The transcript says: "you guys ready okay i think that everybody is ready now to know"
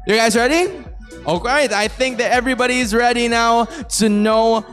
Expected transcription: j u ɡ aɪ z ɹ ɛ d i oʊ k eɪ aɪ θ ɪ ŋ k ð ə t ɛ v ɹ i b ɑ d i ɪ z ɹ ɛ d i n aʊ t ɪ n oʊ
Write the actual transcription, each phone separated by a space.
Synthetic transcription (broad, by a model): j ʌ ɡ aɪ z ɹ ɛ d i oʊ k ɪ aɪ θ ɪ ŋ k ð ə t ɛ v ɹ i b ɑ d i ɪ z ɹ ɛ d i n aʊ t ɪ n oʊ